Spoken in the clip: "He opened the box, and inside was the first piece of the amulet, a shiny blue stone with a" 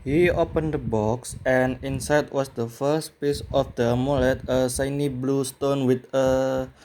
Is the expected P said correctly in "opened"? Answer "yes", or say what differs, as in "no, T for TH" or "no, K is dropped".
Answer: yes